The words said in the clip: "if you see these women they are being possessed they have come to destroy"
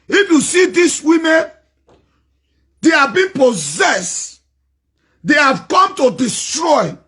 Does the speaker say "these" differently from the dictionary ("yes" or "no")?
yes